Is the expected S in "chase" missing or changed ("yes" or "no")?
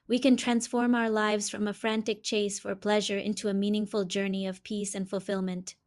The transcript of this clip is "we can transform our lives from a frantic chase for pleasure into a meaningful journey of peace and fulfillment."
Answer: no